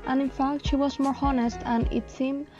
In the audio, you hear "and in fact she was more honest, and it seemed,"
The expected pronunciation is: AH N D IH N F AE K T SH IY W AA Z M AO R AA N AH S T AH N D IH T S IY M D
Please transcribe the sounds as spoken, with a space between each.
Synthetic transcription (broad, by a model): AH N IH N F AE K T SH IY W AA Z M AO R AA N AH S T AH N IH T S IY M